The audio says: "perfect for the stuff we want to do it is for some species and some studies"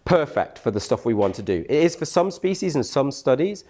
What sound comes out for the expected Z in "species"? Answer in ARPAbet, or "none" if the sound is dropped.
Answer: Z